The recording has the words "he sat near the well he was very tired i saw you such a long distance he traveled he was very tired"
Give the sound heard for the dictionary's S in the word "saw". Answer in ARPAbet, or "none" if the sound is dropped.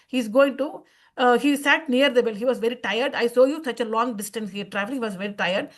S